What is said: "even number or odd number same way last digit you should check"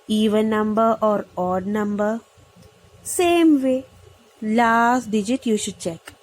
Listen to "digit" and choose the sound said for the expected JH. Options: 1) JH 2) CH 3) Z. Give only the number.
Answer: 1